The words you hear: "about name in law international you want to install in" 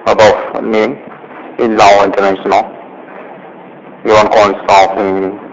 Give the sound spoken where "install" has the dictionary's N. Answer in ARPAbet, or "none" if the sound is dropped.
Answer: none